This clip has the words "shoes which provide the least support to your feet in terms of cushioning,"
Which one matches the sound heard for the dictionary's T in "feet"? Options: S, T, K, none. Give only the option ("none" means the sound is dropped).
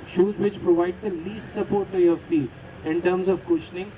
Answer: none